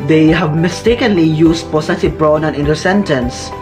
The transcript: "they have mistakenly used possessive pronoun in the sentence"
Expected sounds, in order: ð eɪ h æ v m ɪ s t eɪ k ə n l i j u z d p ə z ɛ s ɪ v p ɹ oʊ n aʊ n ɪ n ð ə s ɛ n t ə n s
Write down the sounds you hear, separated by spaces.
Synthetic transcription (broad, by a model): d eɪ h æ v m ɪ s t eɪ k ə n l i j u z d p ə s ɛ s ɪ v b ɹ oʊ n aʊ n ɪ n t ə s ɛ n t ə n s